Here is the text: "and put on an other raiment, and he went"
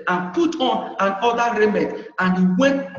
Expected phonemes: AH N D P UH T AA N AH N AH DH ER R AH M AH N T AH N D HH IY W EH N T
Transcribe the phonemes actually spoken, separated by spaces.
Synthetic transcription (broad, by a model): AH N P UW T AA N AH N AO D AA R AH M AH T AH N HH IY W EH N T